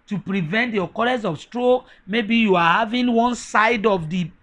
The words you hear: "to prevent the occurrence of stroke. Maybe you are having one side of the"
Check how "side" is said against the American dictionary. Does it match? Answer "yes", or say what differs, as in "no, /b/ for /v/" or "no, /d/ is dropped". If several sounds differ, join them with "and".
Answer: yes